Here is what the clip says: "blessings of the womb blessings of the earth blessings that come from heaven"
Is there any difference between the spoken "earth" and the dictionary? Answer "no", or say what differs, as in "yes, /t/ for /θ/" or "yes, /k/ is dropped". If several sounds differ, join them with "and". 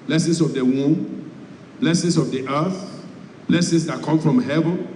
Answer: no